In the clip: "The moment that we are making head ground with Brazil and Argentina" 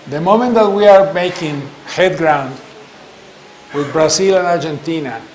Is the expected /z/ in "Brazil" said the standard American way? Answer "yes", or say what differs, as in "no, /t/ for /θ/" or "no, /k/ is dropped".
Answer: no, /s/ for /z/